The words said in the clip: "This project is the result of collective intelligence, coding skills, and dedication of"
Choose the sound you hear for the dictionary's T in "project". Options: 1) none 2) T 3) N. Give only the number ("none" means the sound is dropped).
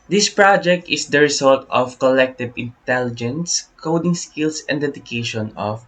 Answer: 2